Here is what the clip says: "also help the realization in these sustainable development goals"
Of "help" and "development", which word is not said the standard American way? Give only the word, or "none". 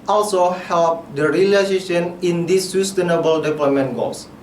development